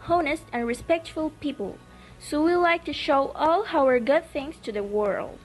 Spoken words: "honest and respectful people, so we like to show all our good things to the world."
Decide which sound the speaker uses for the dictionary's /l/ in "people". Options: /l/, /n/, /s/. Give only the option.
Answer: /l/